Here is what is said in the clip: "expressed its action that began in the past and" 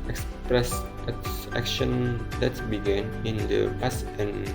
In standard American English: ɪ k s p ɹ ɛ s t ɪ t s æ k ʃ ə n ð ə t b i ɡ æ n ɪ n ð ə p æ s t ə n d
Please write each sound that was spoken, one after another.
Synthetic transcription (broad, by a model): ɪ k s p ɹ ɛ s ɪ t s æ k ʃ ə n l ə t b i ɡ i n ɪ n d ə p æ s ə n